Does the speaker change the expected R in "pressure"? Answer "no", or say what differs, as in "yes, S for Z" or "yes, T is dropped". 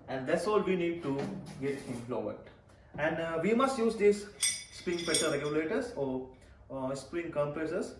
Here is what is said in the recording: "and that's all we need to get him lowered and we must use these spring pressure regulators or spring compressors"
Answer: yes, R is dropped